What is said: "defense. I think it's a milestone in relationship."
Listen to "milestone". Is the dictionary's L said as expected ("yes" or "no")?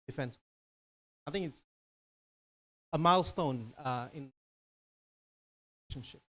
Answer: yes